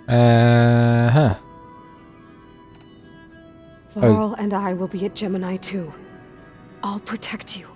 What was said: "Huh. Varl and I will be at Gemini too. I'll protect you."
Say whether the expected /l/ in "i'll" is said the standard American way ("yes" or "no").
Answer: yes